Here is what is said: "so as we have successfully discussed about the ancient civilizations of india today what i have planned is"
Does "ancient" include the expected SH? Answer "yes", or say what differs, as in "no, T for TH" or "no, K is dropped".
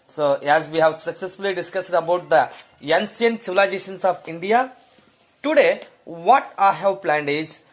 no, S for SH